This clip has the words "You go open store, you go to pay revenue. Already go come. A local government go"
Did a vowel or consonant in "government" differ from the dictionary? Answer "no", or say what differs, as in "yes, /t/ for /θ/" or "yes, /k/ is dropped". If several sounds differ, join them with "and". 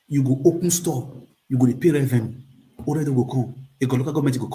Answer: yes, /n/ is dropped